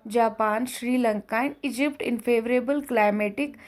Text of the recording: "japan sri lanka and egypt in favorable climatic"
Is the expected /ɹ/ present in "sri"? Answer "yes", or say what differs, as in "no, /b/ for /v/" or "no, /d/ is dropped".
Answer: yes